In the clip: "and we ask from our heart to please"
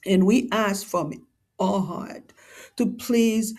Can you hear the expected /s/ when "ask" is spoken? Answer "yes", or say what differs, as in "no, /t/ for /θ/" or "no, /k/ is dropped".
yes